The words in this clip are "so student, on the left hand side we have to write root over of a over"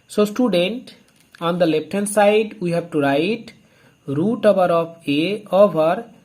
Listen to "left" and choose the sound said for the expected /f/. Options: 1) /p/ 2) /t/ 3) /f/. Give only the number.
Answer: 1